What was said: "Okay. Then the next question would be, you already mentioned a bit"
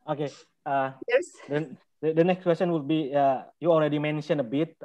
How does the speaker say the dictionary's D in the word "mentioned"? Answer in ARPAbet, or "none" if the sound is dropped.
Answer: none